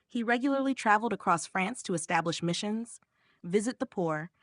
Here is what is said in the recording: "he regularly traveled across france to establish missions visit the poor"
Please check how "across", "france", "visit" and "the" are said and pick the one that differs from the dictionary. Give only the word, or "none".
none